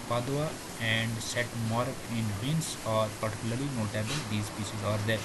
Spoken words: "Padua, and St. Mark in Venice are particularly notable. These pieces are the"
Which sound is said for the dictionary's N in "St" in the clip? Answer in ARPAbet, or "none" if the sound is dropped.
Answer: none